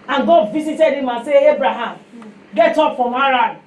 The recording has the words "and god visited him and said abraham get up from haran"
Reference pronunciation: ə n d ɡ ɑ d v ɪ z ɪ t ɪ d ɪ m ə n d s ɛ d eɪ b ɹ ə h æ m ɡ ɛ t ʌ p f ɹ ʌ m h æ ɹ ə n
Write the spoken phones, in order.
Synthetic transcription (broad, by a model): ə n ɡ ɑ d v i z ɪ t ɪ d ɪ m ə n s ɛ eɪ b ɹ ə h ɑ m ɡ ɛ t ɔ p f ɹ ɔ m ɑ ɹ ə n